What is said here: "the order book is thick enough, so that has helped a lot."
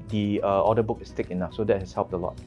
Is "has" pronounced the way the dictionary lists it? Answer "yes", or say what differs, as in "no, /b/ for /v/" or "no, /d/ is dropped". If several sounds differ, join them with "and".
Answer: no, /s/ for /z/